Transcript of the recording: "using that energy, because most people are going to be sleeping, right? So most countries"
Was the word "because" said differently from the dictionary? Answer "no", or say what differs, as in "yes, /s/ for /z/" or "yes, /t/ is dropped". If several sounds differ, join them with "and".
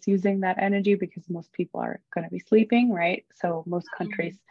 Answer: no